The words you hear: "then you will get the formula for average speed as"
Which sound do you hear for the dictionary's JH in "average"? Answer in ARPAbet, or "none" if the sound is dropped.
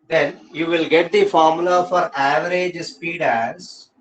JH